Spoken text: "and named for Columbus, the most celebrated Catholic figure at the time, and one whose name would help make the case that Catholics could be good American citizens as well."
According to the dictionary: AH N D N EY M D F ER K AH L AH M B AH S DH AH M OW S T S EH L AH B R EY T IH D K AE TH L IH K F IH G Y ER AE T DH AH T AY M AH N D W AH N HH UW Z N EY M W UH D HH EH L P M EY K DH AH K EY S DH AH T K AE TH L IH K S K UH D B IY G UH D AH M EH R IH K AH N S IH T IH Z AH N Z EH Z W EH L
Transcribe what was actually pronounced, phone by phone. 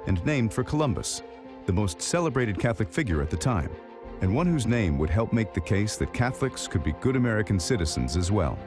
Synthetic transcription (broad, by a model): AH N N EY M D F ER K AH L AH M B AH S DH AH M OW S T S EH L AH B R EY T IH D K AE TH L IH K F IH G Y ER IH T DH AH T AY M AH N W AH N HH UW Z N EY M W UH D HH EH L P M EY K DH AH K EY S DH AH T K AE TH L IH K S K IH D B IY G UH D AH M EH R IH K AH N S IH T IH Z AH N Z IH Z W EH L